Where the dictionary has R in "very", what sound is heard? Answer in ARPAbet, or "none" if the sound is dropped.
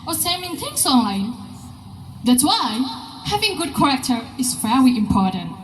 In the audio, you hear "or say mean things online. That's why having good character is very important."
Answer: L